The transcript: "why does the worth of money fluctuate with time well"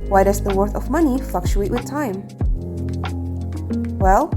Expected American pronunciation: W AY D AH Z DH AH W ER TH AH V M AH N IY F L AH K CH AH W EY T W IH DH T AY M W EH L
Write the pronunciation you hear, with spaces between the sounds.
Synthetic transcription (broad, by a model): W AY D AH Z DH AH W ER TH AH V M AH N IY F L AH K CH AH EY T W IH DH T AY M W EH L